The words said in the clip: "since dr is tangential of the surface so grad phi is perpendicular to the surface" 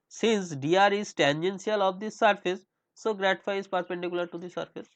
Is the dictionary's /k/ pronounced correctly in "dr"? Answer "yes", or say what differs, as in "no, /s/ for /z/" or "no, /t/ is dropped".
no, /k/ is dropped